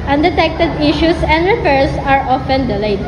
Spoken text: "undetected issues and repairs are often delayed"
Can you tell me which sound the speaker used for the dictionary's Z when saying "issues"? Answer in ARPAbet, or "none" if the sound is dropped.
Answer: S